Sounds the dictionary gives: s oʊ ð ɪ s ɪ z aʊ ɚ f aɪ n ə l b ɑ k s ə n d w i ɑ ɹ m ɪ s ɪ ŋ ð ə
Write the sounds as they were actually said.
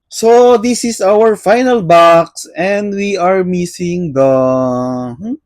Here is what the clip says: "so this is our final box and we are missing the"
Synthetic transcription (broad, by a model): s oʊ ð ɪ s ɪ s aʊ ɚ f aɪ n ə l b ɑ k s ə n d w i ɑ ɹ m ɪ s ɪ ŋ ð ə